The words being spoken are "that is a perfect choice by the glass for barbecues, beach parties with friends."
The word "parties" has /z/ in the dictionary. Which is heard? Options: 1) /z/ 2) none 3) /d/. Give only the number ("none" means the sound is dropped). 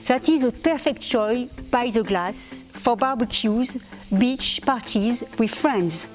1